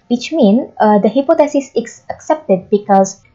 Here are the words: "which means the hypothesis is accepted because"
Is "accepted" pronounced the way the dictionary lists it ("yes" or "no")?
yes